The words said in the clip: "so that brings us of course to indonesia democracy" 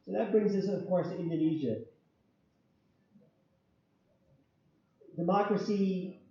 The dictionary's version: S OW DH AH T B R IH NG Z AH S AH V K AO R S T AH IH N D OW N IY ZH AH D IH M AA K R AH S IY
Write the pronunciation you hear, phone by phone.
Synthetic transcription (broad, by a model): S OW DH AH T B R IH NG Z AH S AH V K AO R S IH N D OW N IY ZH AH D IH M AA K R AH S IY